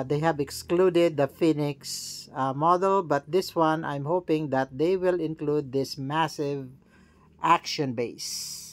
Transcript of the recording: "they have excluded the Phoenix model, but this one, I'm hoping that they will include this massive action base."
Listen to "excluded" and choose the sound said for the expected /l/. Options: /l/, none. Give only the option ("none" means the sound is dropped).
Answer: /l/